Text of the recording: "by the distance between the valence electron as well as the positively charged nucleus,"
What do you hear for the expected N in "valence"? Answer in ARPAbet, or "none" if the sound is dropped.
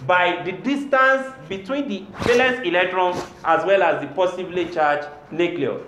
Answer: none